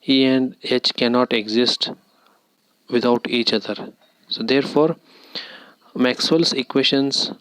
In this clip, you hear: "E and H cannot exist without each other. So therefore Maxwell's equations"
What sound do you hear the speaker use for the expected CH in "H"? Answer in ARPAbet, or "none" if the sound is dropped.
CH